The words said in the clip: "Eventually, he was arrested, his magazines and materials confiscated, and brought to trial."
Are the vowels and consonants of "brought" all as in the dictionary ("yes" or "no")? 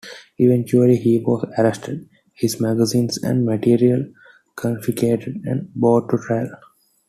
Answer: no